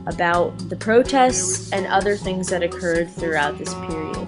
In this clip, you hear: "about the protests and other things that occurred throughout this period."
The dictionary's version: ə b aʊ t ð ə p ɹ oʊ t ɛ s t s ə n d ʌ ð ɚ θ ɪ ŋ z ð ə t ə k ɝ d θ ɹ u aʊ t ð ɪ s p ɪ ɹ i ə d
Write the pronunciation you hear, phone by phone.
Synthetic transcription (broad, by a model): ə b aʊ t ð ə p ɹ oʊ t ɛ s t s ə n ʌ ð ɚ θ ɪ ŋ z ð ə t ə k ɝ d θ ɹ u aʊ t ð ɪ s p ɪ ɹ i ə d